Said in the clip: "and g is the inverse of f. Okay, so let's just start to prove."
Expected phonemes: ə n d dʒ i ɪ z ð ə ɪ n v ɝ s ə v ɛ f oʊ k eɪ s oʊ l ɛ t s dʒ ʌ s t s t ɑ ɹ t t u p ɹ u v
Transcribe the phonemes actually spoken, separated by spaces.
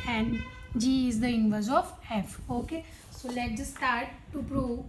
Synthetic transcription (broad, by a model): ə n d dʒ i ɪ z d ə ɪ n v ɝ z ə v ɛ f oʊ k eɪ s oʊ l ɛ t dʒ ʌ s s t ɑ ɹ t t u p ɹ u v